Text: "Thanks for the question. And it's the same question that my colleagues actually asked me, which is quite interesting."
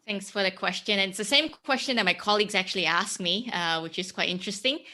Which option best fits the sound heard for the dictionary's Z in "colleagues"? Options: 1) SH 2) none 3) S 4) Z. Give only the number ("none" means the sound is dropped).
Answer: 4